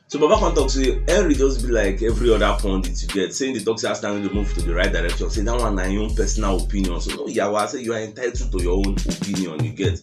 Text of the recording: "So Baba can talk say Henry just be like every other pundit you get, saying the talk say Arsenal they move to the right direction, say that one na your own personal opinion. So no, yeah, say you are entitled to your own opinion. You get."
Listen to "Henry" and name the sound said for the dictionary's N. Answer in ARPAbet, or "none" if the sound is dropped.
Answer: none